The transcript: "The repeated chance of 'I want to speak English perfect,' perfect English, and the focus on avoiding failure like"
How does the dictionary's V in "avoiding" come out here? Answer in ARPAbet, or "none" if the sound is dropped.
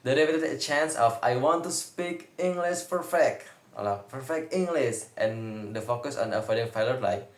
F